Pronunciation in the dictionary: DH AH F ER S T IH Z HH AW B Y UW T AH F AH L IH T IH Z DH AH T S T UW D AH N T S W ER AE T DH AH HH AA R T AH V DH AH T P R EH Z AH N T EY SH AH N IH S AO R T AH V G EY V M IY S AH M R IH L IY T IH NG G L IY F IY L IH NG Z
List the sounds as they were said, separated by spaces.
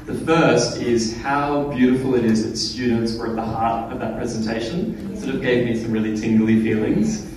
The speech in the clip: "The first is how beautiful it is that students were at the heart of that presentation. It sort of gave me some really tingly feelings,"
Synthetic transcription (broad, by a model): DH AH F ER S T IH Z HH AW B Y UW T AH F L IH T IH Z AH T S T UW D N T S W ER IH T DH AH HH AA R T AH V DH AH T P R EH Z AH N T EY SH AH N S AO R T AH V G EY V M IY S AH M R IH L IY T IH NG G L IY F IY L IH NG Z